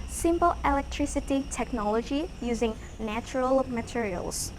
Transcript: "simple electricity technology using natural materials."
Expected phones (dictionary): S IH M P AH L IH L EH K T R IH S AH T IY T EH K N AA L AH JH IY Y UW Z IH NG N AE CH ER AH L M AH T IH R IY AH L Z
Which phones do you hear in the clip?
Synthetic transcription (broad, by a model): S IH M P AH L IH L EH K T R IH S AH T IY T EH K N AA L AH JH IY Y UW Z IH NG N AE CH ER AH L M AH T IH R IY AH L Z